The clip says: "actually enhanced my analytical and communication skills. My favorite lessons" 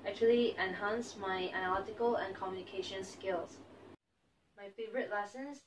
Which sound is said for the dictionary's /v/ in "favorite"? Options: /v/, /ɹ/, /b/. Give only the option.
/v/